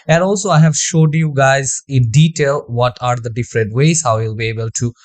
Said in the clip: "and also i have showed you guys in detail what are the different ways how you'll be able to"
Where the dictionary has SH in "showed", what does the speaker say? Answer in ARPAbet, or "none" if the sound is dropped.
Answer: SH